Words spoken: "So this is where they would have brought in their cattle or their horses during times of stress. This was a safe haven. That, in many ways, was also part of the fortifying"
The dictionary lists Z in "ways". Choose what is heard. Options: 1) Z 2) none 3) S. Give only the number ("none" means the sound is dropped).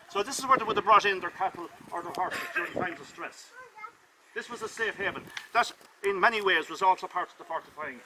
1